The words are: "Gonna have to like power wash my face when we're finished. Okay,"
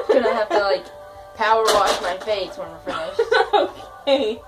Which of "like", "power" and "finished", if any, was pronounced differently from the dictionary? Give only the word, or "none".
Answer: finished